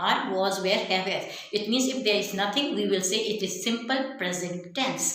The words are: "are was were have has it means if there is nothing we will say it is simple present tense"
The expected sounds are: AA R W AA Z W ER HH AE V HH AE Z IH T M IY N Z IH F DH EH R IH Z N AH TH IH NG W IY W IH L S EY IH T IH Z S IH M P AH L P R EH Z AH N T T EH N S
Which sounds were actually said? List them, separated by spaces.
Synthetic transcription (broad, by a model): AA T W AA Z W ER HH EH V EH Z IH T M IY N Z IH F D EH R IH Z N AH T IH NG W IY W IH L S EY IH T IH Z S IH M P AH L P R EH Z AH N T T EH N S